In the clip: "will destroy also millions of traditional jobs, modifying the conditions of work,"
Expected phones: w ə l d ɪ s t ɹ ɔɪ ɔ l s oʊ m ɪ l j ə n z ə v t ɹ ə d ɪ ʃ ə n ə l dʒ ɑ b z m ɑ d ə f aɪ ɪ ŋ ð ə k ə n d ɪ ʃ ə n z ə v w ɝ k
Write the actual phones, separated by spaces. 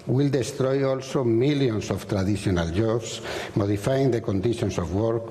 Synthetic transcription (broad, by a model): w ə l d ɪ s t ɹ ɔɪ ɔ l s oʊ m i l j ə n s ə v t ɹ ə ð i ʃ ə n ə l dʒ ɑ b s m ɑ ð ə f aɪ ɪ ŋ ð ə k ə n d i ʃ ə n s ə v w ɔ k